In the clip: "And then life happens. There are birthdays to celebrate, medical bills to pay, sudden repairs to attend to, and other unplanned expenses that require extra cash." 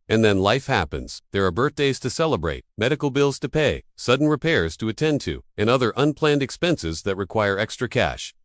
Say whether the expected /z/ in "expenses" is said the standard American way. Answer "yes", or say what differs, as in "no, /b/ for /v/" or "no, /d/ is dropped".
yes